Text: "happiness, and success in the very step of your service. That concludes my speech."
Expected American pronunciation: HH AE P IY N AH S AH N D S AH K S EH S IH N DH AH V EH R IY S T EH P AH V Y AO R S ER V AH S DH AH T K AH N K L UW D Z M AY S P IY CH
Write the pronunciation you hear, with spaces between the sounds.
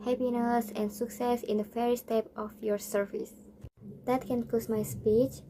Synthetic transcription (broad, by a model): HH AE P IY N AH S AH N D S AH K S EH S IH N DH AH F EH R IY S T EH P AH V Y AO R S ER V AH S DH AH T K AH N K AO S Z M AY S P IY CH